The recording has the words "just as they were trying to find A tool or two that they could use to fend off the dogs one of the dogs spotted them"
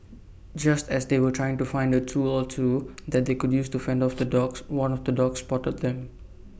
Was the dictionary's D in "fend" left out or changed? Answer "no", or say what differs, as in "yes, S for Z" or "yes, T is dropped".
no